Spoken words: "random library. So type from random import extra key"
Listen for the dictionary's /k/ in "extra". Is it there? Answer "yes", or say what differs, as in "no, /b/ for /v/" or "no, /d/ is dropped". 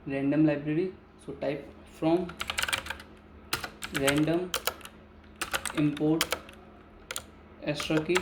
no, /k/ is dropped